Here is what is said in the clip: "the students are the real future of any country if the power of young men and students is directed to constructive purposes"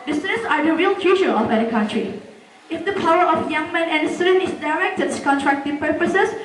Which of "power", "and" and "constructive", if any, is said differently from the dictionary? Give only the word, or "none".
constructive